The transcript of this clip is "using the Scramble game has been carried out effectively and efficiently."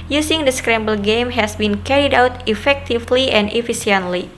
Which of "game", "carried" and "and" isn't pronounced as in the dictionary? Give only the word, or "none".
none